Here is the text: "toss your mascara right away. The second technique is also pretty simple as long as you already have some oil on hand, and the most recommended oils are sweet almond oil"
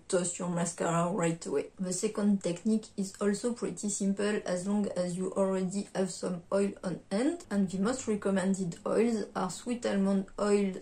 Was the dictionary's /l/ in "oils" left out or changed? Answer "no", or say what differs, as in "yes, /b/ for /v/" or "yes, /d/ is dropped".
no